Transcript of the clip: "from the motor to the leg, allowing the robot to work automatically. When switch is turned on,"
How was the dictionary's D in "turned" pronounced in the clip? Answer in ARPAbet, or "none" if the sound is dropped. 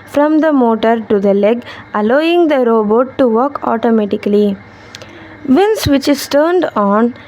D